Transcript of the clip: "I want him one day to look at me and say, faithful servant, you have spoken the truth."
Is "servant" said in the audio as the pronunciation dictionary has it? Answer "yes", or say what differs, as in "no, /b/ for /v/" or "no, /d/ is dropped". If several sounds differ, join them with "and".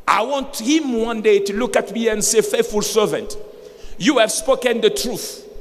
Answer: yes